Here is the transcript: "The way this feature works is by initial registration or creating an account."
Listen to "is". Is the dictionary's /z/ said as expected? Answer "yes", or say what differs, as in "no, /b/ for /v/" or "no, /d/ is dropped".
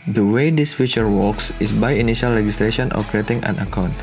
no, /s/ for /z/